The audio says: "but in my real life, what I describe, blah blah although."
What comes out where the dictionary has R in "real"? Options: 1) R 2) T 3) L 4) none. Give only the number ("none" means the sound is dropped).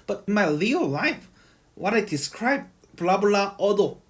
3